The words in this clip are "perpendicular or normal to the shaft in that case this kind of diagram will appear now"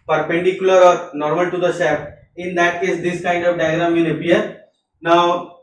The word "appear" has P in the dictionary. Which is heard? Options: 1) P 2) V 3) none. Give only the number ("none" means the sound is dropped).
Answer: 3